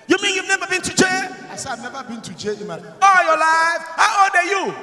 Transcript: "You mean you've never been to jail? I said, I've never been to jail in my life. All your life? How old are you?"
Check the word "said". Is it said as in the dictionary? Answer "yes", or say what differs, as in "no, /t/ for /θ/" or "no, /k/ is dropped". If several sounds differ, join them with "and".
no, /d/ is dropped